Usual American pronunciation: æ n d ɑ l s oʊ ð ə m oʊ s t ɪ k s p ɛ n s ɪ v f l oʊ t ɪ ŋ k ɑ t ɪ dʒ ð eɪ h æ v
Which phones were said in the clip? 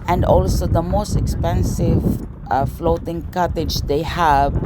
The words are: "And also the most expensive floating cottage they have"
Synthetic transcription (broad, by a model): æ n d ɑ l s oʊ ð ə m oʊ s t ɪ k s p ɛ n s ɪ v f l oʊ t ɪ ŋ k ɑ t ɪ dʒ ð eɪ h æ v